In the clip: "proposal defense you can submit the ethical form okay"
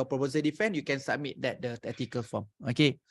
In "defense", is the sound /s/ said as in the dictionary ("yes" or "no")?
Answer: no